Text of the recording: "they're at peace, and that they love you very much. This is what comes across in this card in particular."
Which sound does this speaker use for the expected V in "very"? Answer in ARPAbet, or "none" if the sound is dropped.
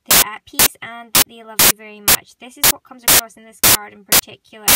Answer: V